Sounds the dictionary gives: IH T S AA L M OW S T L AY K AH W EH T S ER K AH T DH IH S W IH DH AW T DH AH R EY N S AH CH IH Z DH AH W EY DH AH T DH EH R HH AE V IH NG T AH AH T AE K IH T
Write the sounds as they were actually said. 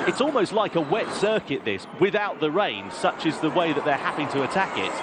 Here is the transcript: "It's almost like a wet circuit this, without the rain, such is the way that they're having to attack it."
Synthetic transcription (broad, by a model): IH T S AA L M OW S T L AY K AH W EH T S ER K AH T DH IH S W IH DH AW T DH AH R EY N S AH CH IH Z DH AH W EY DH AH T DH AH R HH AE P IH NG T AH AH T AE K IH T